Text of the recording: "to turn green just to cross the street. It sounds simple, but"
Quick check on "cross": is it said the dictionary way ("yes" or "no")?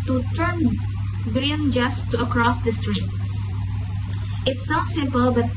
yes